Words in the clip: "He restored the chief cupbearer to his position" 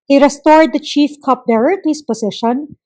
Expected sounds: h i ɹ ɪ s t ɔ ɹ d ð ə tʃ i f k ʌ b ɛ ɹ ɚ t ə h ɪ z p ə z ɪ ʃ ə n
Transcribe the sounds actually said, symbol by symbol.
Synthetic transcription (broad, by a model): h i ɹ ɪ s t ɔ ɹ d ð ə tʃ i f k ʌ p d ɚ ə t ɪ s p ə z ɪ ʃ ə n